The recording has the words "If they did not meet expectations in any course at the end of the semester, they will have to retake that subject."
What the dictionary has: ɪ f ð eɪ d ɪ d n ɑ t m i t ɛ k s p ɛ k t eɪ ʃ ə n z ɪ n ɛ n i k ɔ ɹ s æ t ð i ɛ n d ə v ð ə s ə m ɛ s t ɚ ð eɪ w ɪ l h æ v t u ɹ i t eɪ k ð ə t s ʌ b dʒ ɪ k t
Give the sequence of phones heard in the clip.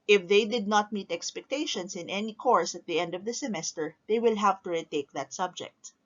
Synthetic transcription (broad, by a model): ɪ f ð eɪ d ɪ d n ɑ t m i t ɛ k s p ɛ k t eɪ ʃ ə n s ɪ n ɛ n i k ɔ ɹ s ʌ t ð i ɛ n d ə v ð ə s ə m ɛ s t ɚ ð eɪ w ɪ l h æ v t u ɹ i t eɪ k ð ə t s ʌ b dʒ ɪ k t